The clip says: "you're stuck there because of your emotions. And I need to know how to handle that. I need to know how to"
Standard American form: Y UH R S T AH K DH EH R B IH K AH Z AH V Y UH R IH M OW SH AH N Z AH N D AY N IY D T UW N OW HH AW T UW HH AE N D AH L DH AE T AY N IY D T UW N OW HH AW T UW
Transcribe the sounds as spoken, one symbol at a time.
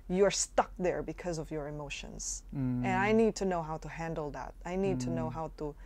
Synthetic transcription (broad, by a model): Y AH R S T AH K DH EH R B IH K AH Z AH V Y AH R IH M OW SH AH N Z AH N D AY N IY D T UW N OW HH AW T UW HH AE N D L DH AE T AY N IY D T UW N OW HH AW T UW